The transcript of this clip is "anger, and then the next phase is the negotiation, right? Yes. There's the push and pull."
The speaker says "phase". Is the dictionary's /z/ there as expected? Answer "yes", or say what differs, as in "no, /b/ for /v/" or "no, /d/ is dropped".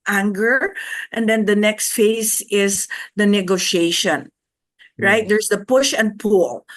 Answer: no, /s/ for /z/